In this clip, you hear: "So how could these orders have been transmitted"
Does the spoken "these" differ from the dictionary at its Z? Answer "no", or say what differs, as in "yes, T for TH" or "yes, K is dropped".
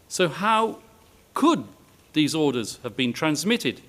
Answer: no